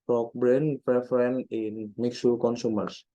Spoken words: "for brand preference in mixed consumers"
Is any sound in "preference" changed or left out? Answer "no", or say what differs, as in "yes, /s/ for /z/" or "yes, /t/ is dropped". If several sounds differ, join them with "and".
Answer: yes, /s/ is dropped